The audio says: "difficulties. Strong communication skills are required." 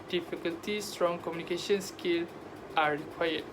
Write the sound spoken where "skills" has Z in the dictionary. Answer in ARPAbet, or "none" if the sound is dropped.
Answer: none